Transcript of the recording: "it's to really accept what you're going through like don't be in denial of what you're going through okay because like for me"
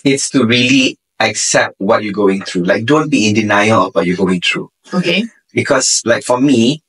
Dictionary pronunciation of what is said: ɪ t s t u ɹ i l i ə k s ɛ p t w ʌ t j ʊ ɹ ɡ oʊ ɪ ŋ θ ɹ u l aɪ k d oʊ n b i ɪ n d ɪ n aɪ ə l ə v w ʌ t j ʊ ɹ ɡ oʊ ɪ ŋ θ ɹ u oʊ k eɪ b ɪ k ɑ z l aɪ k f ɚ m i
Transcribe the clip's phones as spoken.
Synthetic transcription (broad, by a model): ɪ t s t u ɹ i l i ə k s ɛ p t w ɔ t j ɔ ɡ oʊ ɪ ŋ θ ɹ u l aɪ k d oʊ n b i ɪ n d ɪ n aɪ ə l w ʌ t j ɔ ɡ oʊ ɪ ŋ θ ɹ u oʊ k eɪ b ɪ k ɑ s l aɪ k f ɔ m i